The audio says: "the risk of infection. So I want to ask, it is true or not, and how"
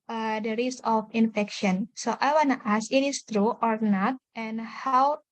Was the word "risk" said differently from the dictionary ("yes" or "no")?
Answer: yes